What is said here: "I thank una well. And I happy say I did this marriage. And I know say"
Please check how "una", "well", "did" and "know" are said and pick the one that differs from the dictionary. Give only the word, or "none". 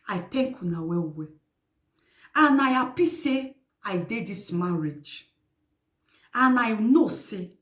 well